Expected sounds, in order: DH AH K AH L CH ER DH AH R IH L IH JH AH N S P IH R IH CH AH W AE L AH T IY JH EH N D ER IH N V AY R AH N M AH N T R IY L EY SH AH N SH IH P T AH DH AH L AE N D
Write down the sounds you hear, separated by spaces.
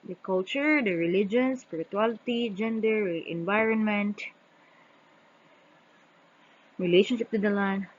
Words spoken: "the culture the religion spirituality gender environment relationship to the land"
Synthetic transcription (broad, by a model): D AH K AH L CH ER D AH R IH L IH JH AH N S P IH R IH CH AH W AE L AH T IY JH EH N D ER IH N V AY R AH N M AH N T R IY L EY SH AH N SH IH P T AH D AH L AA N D